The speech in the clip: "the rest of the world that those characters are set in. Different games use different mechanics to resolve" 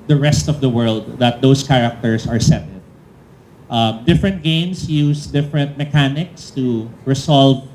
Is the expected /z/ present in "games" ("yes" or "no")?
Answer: no